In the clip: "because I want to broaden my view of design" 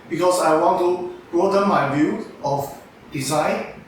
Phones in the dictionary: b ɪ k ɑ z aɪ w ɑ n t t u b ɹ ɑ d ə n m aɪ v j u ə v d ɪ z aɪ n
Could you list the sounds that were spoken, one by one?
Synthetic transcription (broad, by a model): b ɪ k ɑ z aɪ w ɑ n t t u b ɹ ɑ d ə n m aɪ b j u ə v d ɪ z aɪ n